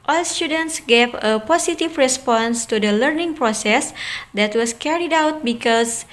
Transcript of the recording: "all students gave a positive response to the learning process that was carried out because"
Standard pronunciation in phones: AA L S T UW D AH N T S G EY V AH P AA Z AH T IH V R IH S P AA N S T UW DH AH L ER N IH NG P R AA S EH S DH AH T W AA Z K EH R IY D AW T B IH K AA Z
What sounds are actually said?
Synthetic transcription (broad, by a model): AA L S T UW D AH N T S G EY V AH P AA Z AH T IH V R IH S P AA N S T UW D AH L ER N IH NG P R AA S EH S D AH T W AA S K EH R IY D AW T B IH K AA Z